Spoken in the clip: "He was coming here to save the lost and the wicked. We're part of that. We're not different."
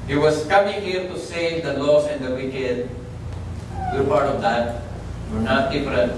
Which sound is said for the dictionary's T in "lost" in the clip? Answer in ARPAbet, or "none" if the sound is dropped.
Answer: none